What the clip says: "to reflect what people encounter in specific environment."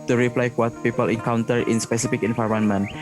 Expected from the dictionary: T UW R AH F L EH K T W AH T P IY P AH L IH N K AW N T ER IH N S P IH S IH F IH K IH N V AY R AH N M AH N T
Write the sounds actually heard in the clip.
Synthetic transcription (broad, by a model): T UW R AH P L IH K W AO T P IY P AH L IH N K AW N T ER IH N S P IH S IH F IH K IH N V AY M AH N M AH N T